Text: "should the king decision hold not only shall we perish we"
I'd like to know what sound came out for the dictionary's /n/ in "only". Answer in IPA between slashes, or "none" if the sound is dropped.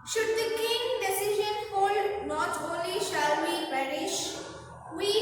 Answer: none